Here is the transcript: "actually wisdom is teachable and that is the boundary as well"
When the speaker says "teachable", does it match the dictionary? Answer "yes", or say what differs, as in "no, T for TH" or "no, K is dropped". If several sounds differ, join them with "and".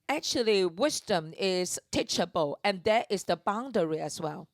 yes